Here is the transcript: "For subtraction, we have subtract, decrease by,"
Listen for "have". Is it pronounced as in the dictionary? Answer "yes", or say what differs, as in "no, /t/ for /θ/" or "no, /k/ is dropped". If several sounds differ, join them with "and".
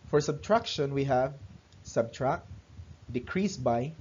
yes